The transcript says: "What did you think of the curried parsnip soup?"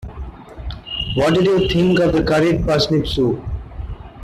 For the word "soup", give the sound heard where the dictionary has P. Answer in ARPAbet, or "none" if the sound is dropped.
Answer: none